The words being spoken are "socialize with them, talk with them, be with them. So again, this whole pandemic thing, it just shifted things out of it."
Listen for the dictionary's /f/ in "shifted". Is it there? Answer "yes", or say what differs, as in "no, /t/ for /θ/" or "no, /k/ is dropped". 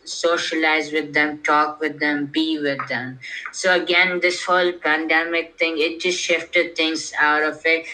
yes